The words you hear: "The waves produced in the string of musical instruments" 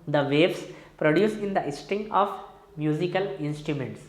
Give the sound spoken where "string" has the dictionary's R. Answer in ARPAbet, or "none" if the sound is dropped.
none